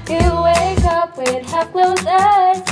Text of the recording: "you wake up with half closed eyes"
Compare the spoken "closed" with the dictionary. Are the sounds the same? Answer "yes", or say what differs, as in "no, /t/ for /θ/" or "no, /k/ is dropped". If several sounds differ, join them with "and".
no, /d/ is dropped